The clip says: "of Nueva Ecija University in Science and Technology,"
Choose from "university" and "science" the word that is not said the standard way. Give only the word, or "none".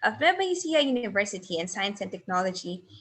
none